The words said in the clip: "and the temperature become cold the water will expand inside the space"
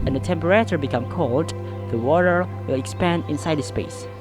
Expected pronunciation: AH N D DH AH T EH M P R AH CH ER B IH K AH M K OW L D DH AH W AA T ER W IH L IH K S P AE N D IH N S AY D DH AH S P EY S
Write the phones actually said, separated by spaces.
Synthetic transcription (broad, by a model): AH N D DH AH T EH M P R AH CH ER B IH K AH M K OW L D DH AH W AA T ER W IH L IH K S P AE N D IH N S AY D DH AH S P EY S